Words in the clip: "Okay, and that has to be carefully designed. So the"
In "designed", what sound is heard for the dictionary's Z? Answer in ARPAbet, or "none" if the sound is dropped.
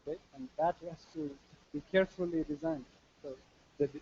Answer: Z